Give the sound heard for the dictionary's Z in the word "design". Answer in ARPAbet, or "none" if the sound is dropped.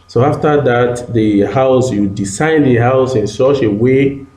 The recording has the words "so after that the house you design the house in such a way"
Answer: S